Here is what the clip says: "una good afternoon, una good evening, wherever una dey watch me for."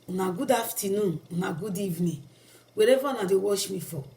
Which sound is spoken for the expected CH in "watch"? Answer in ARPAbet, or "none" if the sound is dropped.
SH